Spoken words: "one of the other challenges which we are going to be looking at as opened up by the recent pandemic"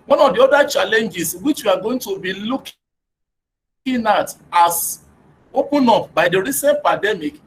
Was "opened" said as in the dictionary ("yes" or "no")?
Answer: no